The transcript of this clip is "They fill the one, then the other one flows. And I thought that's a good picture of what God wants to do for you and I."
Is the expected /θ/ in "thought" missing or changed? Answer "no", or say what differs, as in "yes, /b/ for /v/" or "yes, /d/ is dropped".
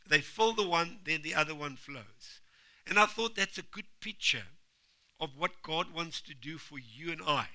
no